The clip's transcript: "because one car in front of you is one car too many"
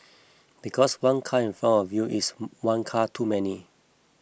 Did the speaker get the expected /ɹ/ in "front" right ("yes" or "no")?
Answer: no